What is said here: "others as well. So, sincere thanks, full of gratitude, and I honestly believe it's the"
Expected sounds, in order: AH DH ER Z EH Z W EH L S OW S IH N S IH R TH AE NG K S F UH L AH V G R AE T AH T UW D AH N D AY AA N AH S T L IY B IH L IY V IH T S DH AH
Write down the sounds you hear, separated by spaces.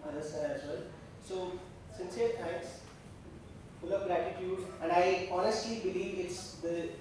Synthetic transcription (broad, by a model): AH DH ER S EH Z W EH L S OW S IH N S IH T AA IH K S F UH L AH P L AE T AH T UW D AH N D AY AA N AH S T L IY B IH L IY V IH T S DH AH